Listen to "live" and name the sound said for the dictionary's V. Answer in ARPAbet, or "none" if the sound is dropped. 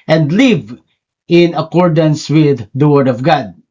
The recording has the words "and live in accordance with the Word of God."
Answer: V